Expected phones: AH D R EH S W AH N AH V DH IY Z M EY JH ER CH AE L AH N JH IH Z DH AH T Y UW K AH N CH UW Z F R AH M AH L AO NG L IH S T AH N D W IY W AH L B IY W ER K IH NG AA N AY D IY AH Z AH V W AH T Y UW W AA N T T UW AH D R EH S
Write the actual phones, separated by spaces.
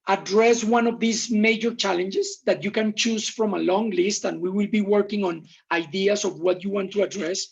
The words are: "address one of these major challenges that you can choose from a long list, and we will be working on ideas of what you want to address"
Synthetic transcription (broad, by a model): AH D R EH S W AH N AH V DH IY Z M EY JH ER CH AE L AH N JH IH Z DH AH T Y UW K AH N CH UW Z F R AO M AH L AO NG L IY S T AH N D W IY W AH L B IY W ER K IH NG AA N AY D IY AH S AH V W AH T Y UW W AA N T T UW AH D R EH S